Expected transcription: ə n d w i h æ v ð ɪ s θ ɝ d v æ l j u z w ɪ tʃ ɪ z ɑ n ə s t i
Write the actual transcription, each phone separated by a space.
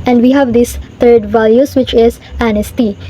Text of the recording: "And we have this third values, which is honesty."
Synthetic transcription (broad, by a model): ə n d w i h æ v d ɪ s t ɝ d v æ l j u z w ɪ tʃ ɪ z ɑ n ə s t i